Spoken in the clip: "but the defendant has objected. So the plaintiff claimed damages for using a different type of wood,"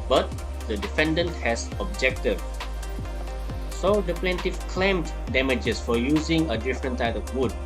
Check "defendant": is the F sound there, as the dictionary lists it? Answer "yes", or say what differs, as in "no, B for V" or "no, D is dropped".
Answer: yes